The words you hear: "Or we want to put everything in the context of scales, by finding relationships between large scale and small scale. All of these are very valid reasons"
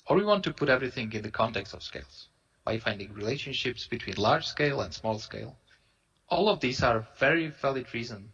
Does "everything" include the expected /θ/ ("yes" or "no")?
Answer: yes